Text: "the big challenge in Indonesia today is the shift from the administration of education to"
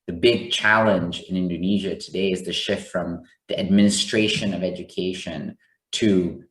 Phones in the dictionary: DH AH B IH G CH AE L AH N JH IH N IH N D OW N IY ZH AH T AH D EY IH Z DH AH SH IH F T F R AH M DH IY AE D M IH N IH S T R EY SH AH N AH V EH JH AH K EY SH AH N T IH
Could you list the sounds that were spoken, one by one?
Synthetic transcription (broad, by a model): DH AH B IH G CH AE L AH N JH IH N IH N D OW N IY ZH AH T AH D EY IH Z DH AH SH IH F T F R AH M DH IY AE D M IH N IH S T R EY SH AH N AH V EH JH AH K EY SH AH N T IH